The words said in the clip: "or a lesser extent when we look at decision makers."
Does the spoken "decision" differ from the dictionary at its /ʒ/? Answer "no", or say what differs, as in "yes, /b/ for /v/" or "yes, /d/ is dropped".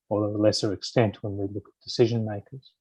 no